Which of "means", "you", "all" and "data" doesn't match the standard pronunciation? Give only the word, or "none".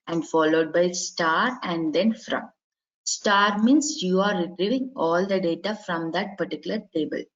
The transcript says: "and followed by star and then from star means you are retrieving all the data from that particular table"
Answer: means